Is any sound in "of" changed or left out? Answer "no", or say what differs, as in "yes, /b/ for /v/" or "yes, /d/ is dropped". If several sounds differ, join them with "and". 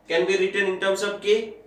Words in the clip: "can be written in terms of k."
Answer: yes, /b/ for /v/